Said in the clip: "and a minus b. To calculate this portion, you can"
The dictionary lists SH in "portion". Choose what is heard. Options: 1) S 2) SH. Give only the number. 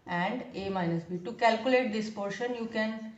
2